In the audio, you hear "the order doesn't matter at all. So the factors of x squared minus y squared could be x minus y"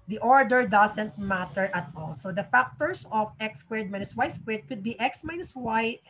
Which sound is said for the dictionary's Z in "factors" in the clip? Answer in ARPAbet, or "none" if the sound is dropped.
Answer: S